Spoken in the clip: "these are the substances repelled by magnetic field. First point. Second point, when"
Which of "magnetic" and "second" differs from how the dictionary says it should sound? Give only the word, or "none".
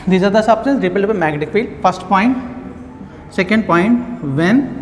magnetic